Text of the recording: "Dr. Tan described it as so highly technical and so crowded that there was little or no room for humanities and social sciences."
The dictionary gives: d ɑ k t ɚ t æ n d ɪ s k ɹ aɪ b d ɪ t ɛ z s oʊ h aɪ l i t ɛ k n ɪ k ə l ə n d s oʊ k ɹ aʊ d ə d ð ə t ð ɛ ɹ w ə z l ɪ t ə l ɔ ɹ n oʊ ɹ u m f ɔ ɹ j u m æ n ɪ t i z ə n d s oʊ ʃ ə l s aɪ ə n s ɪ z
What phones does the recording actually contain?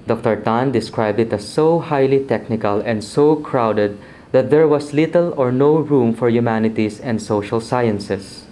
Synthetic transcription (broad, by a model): d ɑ k t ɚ t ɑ n d ɪ s k ɹ aɪ b d ɪ t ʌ s oʊ h aɪ l i t ɛ k n ɪ k ə l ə n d s oʊ k ɹ aʊ d ə d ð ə t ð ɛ ɹ w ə s l ɪ t ə l ɔ ɹ n oʊ ɹ u m f ɔ ɹ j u m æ n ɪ t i s ə n d s oʊ ʃ ə l s aɪ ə n s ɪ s